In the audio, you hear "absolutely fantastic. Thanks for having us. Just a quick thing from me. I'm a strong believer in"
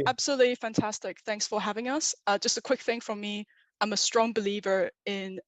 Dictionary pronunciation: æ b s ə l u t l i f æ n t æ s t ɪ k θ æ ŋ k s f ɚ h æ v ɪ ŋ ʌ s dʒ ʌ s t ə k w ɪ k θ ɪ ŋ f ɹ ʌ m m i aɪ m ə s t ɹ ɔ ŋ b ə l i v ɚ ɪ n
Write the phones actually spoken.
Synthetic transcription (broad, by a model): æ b s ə l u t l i f æ n t æ s t ɪ k θ æ ŋ k s f ɚ h æ v ɪ ŋ ʌ s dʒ ʌ s t ə k w ɪ k θ ɪ ŋ f ɹ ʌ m m i aɪ m ə s t ɹ ɔ ŋ b ə l i v ɚ ɪ n